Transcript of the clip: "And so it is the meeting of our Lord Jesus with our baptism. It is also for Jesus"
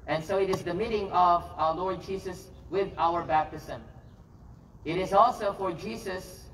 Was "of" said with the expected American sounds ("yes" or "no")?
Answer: yes